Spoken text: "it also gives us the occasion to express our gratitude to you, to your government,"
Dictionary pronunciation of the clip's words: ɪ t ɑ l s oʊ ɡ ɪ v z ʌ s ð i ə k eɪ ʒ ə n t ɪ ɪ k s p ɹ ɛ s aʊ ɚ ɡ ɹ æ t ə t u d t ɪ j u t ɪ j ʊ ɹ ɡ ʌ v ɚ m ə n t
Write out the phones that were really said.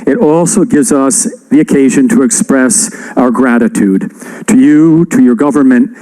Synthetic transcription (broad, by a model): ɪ t ɑ l s oʊ ɡ ɪ v z ʌ s ð i ə k eɪ ʒ ə n t ɪ ɪ k s p ɹ ɛ s aʊ ɚ ɡ ɹ æ t ə t u d t ɪ j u t ɪ j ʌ ɹ ɡ ʌ v ɚ m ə n t